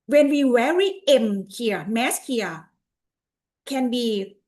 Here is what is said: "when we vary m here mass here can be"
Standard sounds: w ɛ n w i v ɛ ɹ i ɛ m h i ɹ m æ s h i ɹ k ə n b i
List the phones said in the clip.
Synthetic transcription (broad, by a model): w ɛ n w i w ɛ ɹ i ɛ m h i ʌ m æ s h i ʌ k ə n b i